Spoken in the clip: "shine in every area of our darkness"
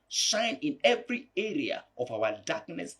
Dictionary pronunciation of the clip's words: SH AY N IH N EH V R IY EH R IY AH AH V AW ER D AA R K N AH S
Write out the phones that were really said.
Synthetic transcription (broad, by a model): SH AY N IH N EH V R IY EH R IY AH AH V AW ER D AA K N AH S